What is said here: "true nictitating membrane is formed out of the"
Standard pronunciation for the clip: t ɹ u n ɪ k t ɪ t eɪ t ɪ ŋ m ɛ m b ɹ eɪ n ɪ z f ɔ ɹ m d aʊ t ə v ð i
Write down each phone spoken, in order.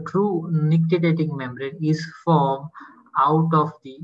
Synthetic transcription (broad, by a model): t ɹ u n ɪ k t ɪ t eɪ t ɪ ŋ m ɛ m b ɹ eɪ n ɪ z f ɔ ɹ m aʊ t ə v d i